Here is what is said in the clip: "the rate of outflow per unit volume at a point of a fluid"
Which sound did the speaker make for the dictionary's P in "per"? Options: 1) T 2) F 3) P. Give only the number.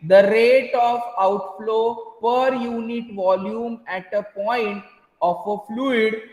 3